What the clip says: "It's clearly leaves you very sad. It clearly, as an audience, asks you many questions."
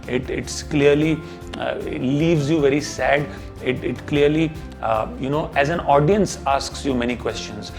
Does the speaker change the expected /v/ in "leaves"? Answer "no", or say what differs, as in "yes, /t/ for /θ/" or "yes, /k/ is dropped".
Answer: no